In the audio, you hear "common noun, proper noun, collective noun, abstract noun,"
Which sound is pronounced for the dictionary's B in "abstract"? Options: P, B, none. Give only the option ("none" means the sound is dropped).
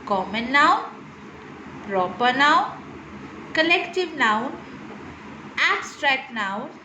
none